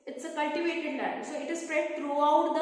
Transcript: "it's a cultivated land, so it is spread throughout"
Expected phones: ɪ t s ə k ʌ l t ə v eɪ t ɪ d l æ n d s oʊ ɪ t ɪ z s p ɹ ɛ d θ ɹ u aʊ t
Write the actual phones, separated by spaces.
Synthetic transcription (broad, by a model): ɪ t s ə k ʌ l t ə v eɪ t ɪ d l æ d s oʊ ɪ t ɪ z s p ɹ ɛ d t ɹ u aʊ t